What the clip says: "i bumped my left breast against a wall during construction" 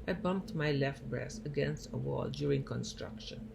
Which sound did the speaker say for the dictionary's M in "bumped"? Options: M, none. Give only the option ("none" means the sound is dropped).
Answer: M